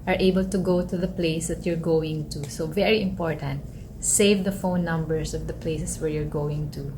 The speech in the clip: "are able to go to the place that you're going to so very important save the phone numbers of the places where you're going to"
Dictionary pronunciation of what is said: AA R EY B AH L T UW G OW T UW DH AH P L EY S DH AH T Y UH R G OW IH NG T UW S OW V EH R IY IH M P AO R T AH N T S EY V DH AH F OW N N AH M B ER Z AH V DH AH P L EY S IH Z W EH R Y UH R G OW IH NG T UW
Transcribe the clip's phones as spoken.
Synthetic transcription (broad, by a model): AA R EY B AH L T UW G OW T UW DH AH P L EY S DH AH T Y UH R G OW IH NG T UW S OW V EH R IY IH M P AO R T AH N T S EY V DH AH F OW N N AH M B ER S AH V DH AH P L EY S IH S W EH R Y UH R G OW IH NG T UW